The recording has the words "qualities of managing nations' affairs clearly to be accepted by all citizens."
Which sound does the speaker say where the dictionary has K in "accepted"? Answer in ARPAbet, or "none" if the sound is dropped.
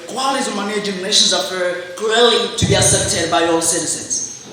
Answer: none